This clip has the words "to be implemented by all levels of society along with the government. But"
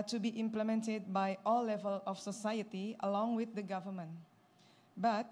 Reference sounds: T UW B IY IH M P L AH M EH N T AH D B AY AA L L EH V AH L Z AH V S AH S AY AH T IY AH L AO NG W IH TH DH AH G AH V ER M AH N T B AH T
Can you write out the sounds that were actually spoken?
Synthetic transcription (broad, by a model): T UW B IY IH M P L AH M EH N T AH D B AY AA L L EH V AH L AH F S AH S AY AH T IY AH L AO NG W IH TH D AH G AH V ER M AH N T B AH T